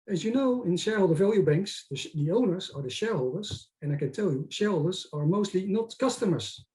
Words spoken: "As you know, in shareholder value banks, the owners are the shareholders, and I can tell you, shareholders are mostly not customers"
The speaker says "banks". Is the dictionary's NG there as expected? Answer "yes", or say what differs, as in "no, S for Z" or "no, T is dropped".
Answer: yes